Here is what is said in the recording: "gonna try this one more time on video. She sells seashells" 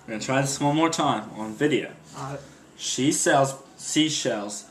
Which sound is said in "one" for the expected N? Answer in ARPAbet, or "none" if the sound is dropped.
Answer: L